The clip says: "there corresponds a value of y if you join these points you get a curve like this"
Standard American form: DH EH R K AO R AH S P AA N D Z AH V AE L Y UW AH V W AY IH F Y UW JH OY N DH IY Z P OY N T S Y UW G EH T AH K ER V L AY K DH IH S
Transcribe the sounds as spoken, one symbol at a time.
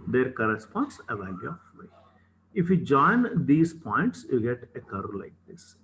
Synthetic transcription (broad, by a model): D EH R K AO R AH S P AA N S AH V AE L Y UW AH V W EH IH F Y UW JH OY N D IY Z P OY N T S Y UW G EH T AH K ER L AY K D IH S